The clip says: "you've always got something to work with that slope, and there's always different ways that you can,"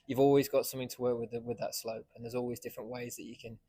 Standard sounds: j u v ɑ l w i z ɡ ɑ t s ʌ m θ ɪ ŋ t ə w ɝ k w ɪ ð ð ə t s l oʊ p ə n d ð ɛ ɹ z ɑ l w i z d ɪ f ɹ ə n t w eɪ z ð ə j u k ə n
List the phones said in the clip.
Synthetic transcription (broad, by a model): j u v ɑ l w i z ɡ ɑ t s ʌ m θ ɪ ŋ t ə w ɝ k w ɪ ð ð ə t s l oʊ p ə n ð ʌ z ɑ l w i z d ɪ f ɹ ə n t w eɪ z ð ə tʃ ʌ k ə n